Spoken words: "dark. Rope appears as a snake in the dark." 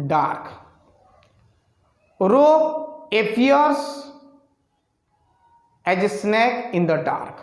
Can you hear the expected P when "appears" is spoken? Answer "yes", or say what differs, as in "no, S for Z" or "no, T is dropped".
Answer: no, P is dropped